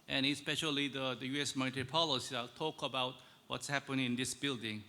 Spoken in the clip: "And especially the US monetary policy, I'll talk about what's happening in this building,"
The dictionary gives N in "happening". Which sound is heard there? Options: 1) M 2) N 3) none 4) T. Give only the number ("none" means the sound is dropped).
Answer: 3